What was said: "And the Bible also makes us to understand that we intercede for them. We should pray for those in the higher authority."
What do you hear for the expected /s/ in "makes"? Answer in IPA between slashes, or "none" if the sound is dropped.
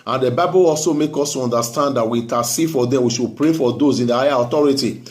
none